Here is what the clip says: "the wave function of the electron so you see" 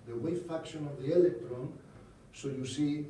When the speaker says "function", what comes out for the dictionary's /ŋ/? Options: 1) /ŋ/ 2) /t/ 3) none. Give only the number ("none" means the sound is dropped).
3